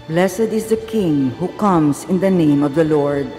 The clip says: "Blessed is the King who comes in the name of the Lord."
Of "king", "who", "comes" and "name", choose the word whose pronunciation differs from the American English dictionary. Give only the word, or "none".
comes